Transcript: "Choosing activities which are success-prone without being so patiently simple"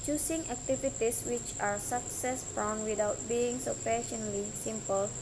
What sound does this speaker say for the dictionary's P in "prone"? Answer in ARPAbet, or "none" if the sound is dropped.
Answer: F